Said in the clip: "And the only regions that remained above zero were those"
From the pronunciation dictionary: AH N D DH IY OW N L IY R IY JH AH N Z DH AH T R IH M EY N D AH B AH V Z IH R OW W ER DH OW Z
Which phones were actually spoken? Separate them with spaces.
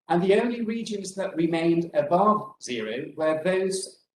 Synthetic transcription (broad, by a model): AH N DH IY OW N L IY R IY JH AH N Z DH AH T R IH M EY N D AH B AH V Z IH R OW W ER DH OW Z